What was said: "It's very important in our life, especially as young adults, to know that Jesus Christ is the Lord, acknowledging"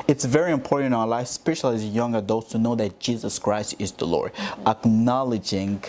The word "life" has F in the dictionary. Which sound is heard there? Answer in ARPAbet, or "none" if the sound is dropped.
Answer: none